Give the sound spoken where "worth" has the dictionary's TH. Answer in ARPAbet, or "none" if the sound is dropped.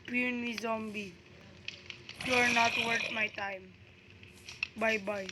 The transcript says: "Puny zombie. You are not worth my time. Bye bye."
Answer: T